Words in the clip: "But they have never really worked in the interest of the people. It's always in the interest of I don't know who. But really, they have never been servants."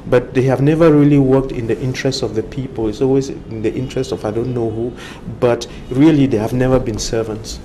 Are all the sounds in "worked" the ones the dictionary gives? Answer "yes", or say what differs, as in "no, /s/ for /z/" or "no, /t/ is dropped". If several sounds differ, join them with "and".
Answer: yes